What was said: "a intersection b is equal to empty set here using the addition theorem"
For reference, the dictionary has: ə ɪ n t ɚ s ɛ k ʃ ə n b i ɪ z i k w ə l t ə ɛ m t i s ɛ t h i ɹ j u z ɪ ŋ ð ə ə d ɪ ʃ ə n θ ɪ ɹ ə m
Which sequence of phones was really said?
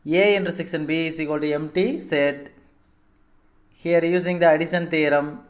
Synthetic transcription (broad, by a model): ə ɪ n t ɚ s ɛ k s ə n b i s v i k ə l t ɛ m t i s ɛ t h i ɹ j u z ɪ ŋ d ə ə d ɪ ʃ ə n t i ɹ ə m